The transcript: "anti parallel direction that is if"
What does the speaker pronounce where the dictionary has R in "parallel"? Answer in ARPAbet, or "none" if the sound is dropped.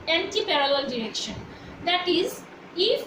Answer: R